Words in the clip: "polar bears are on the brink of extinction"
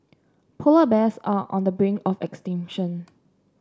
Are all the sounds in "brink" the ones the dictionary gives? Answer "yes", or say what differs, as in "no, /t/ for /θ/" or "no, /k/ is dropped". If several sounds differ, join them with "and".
no, /k/ is dropped